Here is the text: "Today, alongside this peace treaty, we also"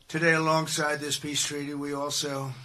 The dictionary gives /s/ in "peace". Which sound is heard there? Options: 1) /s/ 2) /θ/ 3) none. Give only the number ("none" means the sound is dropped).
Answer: 1